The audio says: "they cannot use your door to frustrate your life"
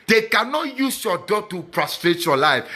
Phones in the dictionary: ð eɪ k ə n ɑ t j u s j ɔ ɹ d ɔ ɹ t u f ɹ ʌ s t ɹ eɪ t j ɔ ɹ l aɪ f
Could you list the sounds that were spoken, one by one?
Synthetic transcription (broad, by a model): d eɪ k ə n ɑ t j u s j ɔ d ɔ t u p ɹ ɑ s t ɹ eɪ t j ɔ l aɪ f